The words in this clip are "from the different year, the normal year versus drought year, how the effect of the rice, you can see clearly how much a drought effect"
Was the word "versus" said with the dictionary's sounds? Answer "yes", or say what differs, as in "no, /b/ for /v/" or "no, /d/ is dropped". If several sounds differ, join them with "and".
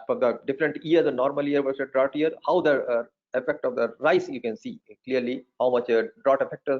no, /z/ is dropped